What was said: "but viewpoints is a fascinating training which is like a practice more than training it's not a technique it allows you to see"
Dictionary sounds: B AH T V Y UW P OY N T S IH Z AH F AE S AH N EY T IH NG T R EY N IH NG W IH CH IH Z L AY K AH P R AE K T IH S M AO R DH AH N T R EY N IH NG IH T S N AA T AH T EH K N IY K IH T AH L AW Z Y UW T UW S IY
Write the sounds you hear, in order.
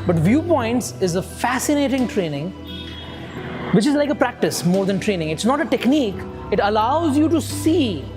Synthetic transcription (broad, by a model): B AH T V Y UW P OY N T S IH Z AH F AE S AH N EY T IH NG T R EY N IH NG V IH CH IH Z L AY K AH P R AE K T IH S M AO R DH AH N T R EY N IH NG IH T S N AA T AH T EH K N IY K IH T AH L AW Z Y UW T UW S IY